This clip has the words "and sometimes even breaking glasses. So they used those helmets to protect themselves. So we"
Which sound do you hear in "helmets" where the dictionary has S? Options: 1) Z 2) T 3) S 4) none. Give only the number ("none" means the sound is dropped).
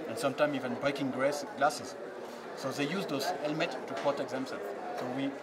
4